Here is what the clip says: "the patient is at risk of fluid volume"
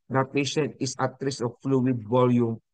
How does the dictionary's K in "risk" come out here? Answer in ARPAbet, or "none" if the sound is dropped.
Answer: none